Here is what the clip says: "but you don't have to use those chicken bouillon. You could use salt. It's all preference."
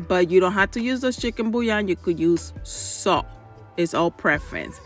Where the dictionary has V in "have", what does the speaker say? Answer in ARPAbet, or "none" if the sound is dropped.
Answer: F